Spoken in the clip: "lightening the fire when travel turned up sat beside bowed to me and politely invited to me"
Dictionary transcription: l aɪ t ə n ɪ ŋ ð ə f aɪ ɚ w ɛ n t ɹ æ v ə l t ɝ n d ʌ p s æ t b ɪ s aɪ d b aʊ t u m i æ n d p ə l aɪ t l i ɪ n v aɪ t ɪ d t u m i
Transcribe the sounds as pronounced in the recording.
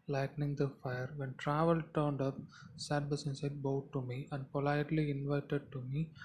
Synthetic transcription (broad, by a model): l aɪ t n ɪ ŋ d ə f aɪ ɚ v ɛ n t ɹ æ v ə l t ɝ n d ʌ p s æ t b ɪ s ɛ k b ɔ t u m i æ n d p ə l aɪ t l i ɪ n v aɪ t ɪ d t u m i